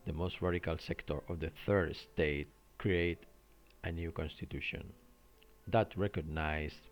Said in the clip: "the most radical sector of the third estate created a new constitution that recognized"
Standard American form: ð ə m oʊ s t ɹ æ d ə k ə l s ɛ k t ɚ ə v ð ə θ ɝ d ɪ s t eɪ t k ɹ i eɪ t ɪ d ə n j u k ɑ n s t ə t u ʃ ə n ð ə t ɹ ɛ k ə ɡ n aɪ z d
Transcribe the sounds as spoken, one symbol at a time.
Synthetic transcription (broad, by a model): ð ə m oʊ s t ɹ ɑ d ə k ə l s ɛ k t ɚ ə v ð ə θ ɝ d s t eɪ t k ɹ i eɪ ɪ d ə n j u k ɑ n s t ə t u ʃ ə n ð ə t ɹ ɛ k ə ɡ n aɪ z